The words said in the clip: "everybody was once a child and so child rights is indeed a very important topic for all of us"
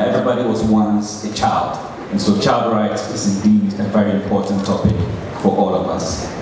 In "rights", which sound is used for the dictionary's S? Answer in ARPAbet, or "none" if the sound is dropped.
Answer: none